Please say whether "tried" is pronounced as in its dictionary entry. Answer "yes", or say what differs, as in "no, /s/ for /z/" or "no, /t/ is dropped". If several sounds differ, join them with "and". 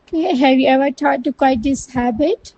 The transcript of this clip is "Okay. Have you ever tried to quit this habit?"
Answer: no, /ɹ/ is dropped